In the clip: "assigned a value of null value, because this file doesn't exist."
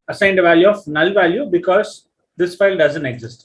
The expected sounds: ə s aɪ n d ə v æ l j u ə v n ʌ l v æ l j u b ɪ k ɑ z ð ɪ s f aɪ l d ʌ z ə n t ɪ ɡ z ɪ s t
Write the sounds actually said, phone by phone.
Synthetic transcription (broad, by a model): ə s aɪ n d ə v æ l j u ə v n ʌ l v æ l j u b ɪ k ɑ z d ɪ s f aɪ l d ʌ z ə n t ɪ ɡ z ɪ s t